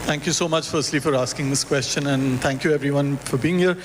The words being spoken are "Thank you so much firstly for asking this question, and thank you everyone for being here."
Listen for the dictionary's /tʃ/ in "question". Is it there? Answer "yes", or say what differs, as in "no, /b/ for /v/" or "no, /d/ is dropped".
yes